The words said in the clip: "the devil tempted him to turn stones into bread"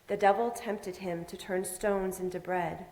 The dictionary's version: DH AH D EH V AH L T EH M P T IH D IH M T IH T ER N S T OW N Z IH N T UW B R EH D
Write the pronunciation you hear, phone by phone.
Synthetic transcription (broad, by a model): DH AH D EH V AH L T EH M P T IH D IH M T IH T ER N S T OW N Z IH N T UW B R EH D